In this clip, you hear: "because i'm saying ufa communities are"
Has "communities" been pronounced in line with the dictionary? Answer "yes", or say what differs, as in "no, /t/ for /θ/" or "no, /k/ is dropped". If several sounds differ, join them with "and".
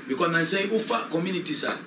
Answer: no, /s/ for /z/